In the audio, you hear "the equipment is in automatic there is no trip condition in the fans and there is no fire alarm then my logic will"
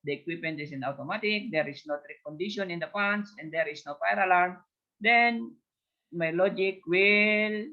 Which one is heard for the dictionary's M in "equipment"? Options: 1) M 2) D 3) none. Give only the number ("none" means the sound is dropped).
3